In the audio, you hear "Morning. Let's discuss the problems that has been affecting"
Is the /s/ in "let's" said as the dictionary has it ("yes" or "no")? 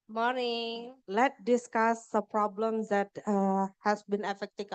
no